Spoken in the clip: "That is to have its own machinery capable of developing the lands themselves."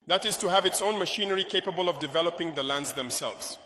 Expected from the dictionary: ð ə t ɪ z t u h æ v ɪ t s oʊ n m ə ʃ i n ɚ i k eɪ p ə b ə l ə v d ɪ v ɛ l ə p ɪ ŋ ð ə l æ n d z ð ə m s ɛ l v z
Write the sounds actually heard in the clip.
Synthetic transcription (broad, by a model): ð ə t ɪ z t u h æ v ɪ t s oʊ n m ə ʃ i n ɚ i k eɪ p ə b ə l ə v d ɪ v ɛ l ə p ɪ ŋ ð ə l æ n d z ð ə m s ɛ l v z